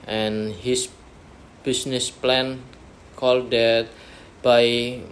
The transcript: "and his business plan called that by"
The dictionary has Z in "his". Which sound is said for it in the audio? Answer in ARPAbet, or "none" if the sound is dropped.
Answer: S